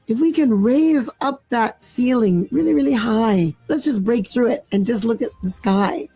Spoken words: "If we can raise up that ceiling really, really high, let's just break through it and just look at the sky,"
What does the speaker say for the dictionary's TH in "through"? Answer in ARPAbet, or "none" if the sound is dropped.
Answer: TH